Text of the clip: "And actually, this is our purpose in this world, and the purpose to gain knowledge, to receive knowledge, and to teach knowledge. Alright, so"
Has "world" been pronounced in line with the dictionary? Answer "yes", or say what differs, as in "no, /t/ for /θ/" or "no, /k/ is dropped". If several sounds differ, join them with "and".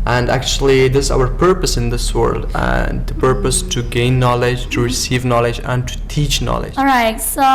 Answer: yes